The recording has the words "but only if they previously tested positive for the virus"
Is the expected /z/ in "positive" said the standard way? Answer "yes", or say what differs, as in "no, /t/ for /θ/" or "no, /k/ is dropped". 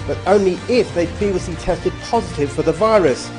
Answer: yes